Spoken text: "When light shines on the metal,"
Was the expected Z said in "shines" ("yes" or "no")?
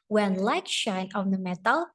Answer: no